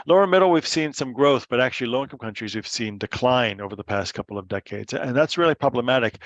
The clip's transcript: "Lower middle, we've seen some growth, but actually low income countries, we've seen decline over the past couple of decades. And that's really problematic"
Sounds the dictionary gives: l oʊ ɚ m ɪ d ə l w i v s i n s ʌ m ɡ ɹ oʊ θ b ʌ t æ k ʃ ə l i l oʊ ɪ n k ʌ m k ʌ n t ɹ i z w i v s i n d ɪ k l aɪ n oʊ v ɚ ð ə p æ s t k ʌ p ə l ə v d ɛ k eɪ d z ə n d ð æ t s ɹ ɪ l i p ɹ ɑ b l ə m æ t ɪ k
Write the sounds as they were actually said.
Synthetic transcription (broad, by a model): l oʊ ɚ m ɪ d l w i v s i n s ʌ m ɡ ɹ oʊ θ b ʌ t æ k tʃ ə l i l oʊ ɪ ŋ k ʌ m k ʌ n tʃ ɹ i z w i v s i n d ɪ k l aɪ n oʊ v ɚ ð ə p æ s t k ʌ p l ə v d ɛ k eɪ d z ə n ð æ t s ɹ ɪ l i p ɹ ɑ b l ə m æ t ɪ k